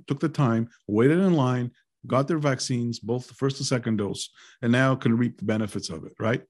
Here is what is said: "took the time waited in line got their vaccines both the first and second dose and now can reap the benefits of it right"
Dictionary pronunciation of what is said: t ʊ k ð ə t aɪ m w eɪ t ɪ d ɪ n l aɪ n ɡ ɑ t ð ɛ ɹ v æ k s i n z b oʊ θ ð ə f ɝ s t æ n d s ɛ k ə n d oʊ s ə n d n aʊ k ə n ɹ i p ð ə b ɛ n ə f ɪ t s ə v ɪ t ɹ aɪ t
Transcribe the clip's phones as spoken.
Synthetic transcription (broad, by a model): t ʊ k ð ə t aɪ m w eɪ t ɪ d ɪ n l aɪ n ɡ ɑ t ð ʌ ɹ v æ k s i n z b oʊ θ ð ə f ɝ s t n s ɛ k ə n d oʊ s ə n n aʊ k ə n ɹ i p ð ə b ɛ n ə f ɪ t s ə v ɪ t ɹ aɪ t